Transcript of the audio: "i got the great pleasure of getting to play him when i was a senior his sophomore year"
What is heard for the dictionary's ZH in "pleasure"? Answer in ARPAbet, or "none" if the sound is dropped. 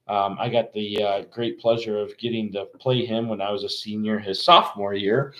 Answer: ZH